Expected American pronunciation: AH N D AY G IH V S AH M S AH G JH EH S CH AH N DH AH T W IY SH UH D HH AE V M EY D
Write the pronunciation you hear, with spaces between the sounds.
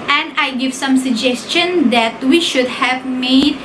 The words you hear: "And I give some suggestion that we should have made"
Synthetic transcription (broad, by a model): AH N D AY G IH V S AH M S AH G JH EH S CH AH N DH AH T W IY SH UH D HH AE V M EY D